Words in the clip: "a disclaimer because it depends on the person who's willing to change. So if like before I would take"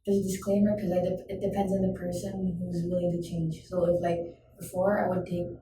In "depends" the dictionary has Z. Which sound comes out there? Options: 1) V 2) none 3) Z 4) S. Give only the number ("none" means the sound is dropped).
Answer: 3